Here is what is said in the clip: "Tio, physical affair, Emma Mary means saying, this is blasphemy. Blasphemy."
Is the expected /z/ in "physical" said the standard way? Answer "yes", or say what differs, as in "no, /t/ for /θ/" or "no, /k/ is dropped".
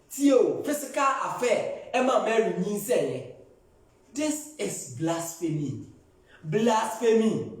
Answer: no, /s/ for /z/